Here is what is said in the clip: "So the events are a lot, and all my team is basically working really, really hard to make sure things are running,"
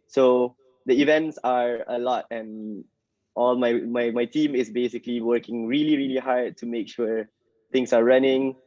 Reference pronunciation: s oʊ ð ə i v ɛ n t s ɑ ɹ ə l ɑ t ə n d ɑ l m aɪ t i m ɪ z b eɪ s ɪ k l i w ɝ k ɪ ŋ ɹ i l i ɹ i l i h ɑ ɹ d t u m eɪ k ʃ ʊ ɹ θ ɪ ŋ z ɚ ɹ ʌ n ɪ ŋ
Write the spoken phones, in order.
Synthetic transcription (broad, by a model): s oʊ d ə i v ɛ n t s ɑ ɹ ə l ɑ t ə n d ɑ l m aɪ t i m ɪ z b eɪ s ɪ k l i w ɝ k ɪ ŋ ɹ i l i ɹ i l i h ɑ ɹ d t u m eɪ k ʃ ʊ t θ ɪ ŋ s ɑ ɹ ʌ n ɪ ŋ